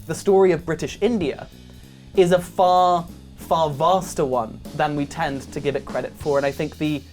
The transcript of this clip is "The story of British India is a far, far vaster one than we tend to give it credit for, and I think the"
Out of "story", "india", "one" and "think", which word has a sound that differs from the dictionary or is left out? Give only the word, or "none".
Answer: none